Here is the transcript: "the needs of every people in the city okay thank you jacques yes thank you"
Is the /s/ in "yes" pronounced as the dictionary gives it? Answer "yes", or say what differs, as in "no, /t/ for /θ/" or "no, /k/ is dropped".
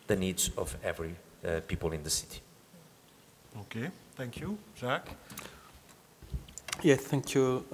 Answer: no, /s/ is dropped